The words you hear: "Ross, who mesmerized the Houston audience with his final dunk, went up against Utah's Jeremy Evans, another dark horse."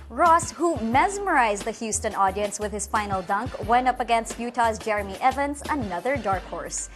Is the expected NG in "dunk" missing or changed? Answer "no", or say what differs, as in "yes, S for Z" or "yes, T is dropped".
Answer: no